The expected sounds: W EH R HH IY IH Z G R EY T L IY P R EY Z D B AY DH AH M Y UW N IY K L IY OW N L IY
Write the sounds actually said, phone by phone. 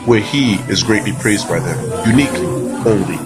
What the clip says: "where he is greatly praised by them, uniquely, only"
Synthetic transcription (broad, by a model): W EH R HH IY IH Z G R EY T L IY P R EY Z D B AY DH AH M Y UW N IY K L IY OW N L IY